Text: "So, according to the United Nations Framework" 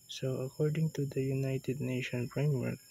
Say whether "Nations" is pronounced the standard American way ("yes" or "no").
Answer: no